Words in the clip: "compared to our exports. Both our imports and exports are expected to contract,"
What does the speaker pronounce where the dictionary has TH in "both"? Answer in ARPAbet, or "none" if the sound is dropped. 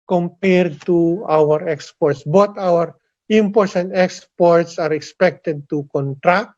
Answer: T